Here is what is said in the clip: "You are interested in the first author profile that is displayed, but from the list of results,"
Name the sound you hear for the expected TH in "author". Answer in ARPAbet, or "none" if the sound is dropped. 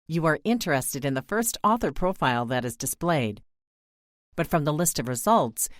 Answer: TH